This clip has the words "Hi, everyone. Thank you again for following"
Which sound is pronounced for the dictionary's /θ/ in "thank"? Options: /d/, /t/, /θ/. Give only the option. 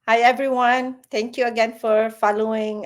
/t/